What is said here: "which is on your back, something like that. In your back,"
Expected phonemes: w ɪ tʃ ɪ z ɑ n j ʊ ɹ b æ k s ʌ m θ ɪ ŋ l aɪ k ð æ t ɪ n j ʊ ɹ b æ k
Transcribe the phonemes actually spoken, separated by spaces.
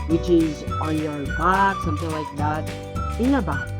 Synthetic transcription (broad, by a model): w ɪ tʃ ɪ z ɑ n j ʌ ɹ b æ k s ʌ m θ ɪ ŋ l aɪ k ð æ t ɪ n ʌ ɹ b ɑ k